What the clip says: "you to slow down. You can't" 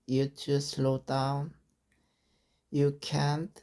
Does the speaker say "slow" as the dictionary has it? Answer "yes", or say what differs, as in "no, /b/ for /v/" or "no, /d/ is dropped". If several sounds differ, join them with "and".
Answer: yes